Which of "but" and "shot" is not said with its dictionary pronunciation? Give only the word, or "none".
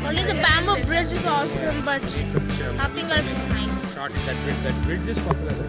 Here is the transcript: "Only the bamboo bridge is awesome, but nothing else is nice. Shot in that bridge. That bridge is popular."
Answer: shot